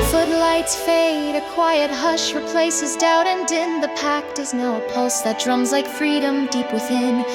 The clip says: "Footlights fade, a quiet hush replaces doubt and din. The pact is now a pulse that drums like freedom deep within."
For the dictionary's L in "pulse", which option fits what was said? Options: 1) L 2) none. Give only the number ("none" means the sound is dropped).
1